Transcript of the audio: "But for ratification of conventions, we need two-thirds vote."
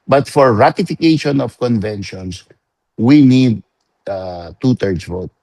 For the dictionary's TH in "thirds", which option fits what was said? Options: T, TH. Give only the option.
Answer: T